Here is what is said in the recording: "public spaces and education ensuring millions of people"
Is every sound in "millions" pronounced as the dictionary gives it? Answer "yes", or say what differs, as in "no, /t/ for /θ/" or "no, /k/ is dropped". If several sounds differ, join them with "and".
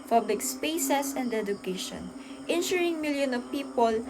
no, /z/ is dropped